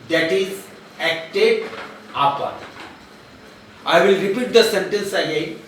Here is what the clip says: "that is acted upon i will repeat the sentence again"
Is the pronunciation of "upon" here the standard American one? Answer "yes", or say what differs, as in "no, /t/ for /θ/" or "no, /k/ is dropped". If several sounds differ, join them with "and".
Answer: no, /n/ is dropped